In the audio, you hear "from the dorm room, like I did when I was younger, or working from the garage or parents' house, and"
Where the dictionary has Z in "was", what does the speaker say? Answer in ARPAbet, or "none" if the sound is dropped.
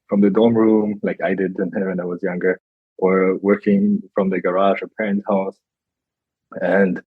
Z